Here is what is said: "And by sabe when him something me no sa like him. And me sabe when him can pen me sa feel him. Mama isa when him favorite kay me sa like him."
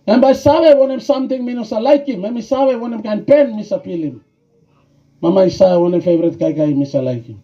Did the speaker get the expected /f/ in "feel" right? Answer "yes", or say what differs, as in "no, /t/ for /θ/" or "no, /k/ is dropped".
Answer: no, /p/ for /f/